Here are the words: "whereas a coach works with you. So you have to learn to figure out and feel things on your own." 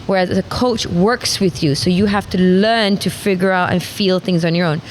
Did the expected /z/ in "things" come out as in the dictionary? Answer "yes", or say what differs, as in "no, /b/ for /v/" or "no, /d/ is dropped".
yes